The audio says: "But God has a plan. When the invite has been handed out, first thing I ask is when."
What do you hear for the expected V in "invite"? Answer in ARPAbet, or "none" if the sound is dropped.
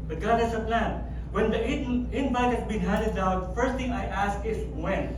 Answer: B